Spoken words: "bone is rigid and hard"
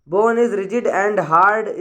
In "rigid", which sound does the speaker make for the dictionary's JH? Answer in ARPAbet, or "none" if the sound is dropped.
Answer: JH